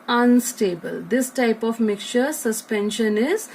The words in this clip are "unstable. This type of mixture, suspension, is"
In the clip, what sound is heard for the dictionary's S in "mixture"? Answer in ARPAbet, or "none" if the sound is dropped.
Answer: none